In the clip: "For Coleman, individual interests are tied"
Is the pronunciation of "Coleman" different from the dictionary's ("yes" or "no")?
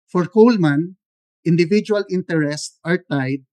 no